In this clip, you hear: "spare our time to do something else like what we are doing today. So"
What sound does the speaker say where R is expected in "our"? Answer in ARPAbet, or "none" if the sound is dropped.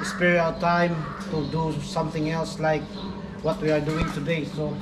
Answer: L